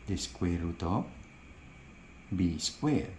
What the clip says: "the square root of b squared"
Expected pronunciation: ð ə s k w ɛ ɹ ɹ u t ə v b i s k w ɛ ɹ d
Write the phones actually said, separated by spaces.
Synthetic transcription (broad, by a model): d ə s k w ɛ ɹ ɹ u t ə p b i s k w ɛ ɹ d